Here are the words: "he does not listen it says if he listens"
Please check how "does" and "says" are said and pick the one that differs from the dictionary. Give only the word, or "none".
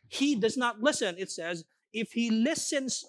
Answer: none